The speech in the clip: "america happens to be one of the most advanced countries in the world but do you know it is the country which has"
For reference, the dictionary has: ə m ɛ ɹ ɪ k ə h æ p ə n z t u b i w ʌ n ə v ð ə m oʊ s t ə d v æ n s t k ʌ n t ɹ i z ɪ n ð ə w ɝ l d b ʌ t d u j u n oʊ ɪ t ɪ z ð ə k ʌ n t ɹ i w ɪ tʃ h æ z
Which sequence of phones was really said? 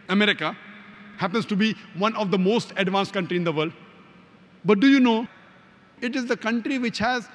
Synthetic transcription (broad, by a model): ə m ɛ ɹ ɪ k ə h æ p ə n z t u b i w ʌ n ə v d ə m oʊ s t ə d v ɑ n s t k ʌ n t ɹ i ɪ n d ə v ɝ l d b ʌ t d u j u n oʊ ɪ t ɪ z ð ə k ʌ n t ɹ i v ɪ tʃ h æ z